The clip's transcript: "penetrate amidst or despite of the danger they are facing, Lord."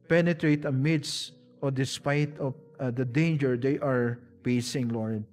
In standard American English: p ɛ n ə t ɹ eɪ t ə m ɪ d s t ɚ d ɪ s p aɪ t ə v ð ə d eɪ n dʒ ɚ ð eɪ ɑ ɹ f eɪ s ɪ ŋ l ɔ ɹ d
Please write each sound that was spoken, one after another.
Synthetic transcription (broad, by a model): p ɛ n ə t ɹ eɪ t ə m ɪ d s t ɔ d ɪ s p aɪ t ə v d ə d eɪ n dʒ ɚ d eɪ ɑ ɹ p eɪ s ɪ ŋ l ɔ ɹ d